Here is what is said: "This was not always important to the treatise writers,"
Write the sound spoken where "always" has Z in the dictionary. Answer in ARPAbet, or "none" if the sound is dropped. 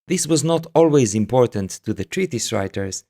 Z